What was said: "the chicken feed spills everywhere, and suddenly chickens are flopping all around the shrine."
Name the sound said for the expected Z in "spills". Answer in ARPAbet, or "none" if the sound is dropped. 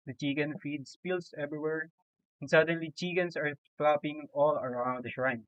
S